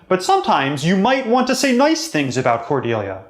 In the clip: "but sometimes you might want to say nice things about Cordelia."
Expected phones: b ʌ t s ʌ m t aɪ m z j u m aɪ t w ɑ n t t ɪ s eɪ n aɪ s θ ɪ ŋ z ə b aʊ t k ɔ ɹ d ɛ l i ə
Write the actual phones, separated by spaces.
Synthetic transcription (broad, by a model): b ʌ t s ʌ m t aɪ m z j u m aɪ t w ɑ n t t ɪ s eɪ n aɪ s θ ɪ ŋ z ə b aʊ t k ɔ ɹ d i l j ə